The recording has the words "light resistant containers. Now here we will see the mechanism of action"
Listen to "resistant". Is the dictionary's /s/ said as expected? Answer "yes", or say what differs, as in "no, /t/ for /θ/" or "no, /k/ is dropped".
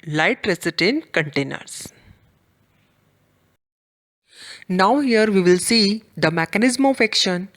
no, /s/ is dropped